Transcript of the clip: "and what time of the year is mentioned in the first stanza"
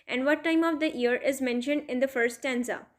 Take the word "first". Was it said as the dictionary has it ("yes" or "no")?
no